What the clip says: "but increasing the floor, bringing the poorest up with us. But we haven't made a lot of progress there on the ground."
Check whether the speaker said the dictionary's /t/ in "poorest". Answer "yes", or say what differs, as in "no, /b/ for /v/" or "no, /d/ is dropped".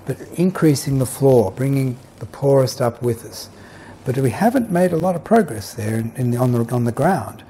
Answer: yes